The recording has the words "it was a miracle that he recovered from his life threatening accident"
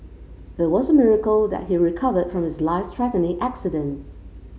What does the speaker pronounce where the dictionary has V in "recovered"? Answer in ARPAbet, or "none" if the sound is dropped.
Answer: V